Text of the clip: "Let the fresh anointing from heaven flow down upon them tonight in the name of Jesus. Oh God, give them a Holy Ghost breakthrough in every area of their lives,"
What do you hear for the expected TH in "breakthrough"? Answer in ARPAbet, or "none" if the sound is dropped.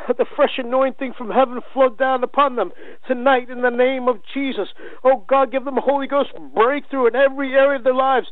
TH